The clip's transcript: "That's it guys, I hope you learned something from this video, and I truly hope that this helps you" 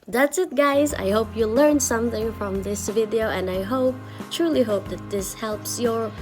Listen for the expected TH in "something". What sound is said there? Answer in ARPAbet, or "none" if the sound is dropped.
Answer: TH